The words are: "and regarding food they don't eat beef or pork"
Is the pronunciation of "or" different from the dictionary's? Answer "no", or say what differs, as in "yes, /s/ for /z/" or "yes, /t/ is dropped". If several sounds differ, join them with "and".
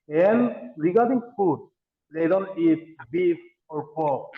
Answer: no